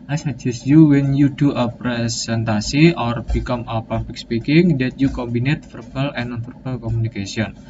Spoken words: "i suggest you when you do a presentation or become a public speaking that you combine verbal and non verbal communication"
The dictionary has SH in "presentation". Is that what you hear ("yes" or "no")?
no